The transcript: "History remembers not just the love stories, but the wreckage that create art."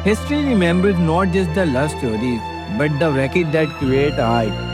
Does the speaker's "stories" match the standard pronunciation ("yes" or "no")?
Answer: no